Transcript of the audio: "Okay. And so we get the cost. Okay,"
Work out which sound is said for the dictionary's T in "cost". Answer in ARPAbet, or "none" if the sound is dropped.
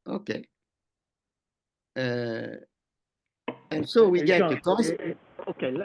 none